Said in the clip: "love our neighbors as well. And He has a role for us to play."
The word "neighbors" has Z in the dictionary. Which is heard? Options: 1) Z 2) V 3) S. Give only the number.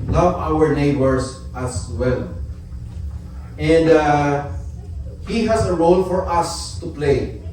3